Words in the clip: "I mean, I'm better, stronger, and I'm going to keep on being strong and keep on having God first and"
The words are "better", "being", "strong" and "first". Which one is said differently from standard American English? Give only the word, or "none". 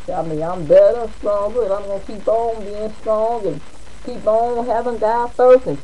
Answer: first